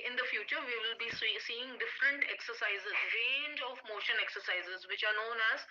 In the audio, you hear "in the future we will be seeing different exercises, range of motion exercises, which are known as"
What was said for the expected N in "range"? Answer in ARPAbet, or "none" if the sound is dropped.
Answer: N